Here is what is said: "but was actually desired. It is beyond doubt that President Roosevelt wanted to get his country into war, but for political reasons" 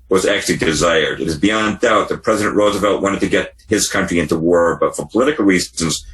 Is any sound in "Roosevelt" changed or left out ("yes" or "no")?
no